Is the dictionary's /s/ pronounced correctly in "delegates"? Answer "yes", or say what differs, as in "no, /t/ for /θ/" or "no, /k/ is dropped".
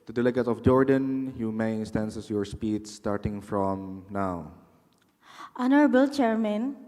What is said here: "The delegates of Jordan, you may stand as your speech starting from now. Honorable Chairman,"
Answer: no, /s/ is dropped